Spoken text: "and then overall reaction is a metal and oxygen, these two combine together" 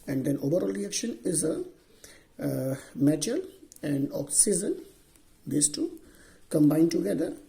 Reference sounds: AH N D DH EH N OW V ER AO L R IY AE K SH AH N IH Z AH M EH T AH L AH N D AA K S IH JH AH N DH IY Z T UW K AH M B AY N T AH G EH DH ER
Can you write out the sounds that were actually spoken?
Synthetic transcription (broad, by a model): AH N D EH N OW V ER AO L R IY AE K SH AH N IH Z AH M EH T AH L AH N D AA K S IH Z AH N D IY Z T UW K AH M B AY N T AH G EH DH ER